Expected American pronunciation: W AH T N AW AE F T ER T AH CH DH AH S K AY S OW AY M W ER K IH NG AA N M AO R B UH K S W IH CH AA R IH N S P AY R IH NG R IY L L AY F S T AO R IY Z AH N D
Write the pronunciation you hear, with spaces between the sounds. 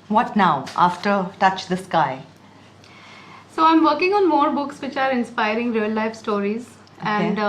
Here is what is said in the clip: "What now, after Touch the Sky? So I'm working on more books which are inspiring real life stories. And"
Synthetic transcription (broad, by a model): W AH T N AW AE F T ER T AH CH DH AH S K AY S OW AY M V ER K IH NG AA N M AO R B UH K S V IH CH AA R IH N S P AY R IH NG R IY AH L AY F S T AO R IY Z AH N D